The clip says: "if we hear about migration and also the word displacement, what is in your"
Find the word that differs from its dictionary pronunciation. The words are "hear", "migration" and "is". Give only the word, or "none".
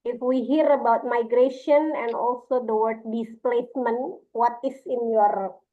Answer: is